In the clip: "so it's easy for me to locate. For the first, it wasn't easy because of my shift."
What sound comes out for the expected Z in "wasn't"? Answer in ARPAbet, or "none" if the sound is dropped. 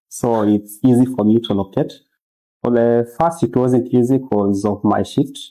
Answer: Z